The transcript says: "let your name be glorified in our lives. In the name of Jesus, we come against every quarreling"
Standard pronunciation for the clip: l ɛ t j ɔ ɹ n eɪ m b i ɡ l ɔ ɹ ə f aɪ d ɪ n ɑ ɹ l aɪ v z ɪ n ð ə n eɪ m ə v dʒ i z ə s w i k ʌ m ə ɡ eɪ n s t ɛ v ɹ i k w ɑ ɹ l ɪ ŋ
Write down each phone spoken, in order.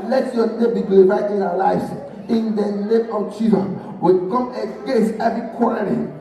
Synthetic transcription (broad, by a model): l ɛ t j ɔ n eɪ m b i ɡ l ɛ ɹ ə ɪ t ɪ n ɑ w l aɪ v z ɪ n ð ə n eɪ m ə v tʃ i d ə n w i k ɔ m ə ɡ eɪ s ɛ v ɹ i k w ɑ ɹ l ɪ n